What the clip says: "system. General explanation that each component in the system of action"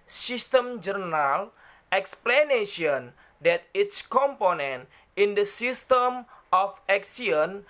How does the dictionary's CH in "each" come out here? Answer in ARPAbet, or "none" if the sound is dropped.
S